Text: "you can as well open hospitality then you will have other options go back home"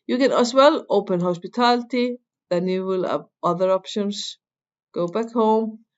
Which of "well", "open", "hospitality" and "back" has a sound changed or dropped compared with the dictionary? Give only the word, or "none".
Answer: none